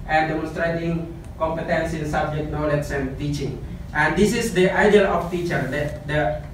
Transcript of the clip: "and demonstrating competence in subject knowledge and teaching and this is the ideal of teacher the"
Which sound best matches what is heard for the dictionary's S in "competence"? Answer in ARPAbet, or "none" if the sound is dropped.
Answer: S